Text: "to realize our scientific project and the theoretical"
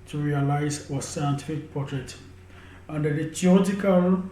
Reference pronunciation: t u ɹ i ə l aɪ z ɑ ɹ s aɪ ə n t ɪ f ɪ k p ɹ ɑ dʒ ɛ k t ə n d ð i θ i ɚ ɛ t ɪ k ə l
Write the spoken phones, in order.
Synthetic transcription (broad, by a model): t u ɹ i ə l aɪ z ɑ s aɪ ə n t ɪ f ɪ k p ɑ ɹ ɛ t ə n d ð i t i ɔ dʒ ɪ k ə l